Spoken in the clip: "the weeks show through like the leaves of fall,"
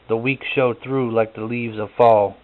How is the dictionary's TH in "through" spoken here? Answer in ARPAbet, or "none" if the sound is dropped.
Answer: TH